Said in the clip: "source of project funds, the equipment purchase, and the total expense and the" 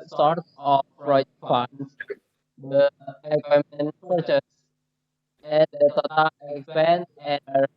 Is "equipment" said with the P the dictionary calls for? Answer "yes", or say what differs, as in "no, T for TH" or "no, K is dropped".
no, P is dropped